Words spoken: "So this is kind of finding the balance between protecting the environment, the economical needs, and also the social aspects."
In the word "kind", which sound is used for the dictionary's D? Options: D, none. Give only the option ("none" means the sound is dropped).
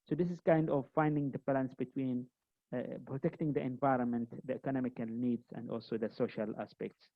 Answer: D